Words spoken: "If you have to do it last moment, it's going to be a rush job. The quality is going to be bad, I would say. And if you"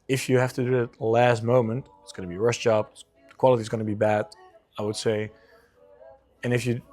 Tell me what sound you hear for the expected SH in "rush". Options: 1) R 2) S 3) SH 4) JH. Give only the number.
2